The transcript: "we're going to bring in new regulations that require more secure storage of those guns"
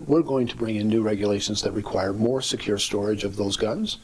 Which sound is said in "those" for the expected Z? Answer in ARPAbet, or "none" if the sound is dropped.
Z